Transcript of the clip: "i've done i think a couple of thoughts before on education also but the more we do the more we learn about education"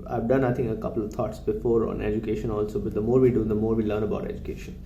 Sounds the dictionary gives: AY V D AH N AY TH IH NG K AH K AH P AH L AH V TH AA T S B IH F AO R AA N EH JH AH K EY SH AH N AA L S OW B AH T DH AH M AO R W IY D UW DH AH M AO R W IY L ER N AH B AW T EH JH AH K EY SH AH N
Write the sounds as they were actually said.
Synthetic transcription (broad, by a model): AY V D AH N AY T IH NG AH K AH P AH L AH V T AA T S B IH F AO R AA N EH JH AH K EY SH AH N AA L S OW B AH T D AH M AO R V IY D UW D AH M AO R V IY L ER N AH B AW T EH JH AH K EY SH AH N